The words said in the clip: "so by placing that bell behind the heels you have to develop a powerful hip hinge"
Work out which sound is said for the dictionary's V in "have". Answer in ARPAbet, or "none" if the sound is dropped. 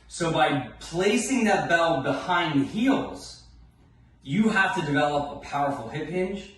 F